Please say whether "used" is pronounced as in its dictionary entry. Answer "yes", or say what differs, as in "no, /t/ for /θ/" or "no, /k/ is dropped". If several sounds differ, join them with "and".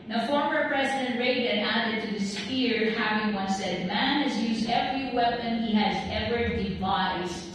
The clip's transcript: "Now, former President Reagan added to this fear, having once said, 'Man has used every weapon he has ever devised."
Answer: yes